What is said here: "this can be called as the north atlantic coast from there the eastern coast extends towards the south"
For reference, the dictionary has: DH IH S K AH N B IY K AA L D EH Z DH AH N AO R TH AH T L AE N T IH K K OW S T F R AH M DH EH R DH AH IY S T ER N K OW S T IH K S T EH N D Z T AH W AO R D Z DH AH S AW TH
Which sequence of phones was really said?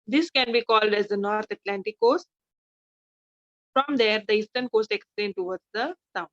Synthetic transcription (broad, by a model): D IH S K AH N B IY K AA L D EH Z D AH N AO R T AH T L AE N T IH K K OW S T F R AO M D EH R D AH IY S T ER N K OW S T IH K S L EH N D T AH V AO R D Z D AH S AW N